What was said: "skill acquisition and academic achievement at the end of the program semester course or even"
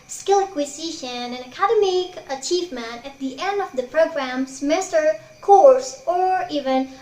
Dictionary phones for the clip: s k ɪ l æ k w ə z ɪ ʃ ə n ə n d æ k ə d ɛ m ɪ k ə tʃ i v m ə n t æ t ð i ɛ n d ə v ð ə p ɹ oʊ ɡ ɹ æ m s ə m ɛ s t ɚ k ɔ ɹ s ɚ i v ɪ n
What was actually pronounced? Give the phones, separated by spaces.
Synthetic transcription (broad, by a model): s k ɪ l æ k w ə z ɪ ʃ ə n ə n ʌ k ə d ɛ m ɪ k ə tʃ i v m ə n æ t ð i ɛ n d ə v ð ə p ɹ oʊ ɡ ɹ æ m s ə m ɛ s t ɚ k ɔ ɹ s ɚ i v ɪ n